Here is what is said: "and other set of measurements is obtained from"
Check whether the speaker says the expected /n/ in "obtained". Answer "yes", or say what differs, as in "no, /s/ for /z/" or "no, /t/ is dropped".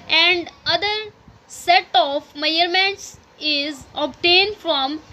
yes